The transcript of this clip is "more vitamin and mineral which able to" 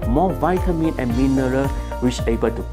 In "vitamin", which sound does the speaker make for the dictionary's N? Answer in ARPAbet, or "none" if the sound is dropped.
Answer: N